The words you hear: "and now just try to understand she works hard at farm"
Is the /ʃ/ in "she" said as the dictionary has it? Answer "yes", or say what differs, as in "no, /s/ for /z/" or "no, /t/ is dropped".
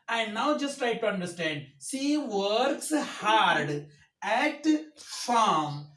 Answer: no, /s/ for /ʃ/